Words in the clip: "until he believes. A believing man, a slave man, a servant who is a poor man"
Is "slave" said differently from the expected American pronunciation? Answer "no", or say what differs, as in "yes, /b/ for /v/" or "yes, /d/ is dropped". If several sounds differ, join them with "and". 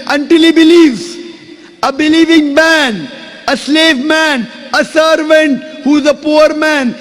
no